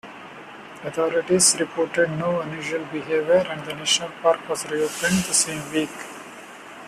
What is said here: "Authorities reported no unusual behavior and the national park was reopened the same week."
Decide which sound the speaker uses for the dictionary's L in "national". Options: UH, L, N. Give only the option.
L